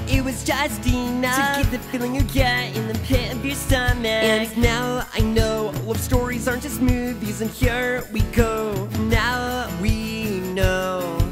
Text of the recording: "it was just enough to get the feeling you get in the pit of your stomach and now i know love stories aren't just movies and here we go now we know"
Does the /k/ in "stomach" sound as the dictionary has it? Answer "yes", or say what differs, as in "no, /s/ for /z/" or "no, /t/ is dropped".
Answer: no, /k/ is dropped